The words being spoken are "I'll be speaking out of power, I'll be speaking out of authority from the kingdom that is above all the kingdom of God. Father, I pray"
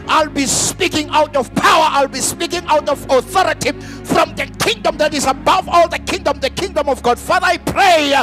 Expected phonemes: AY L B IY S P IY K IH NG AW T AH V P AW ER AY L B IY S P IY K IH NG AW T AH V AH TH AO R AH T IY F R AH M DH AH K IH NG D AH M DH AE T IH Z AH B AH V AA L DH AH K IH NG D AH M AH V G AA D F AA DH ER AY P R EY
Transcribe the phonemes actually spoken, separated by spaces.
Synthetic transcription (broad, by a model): AY L B IY S P IY K IH NG AW T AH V P AW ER AY L B IY S P IY K IH NG AW T AH V AH TH AO R AH T IY F R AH M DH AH K IH NG D AH M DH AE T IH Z AH B AH V AA L DH AH K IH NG D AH M AH V G AA D F AA DH ER AY P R EY